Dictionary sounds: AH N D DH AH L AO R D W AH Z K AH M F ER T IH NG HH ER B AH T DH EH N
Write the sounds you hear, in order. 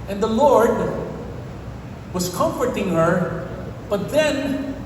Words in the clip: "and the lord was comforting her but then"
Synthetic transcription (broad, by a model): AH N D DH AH L AO R D W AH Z K AH M F ER T IH NG HH ER B AH T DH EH N